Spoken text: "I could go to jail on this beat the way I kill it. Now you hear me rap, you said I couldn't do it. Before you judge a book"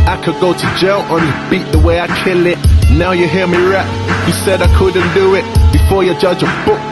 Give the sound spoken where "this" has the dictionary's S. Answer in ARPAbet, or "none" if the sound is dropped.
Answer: none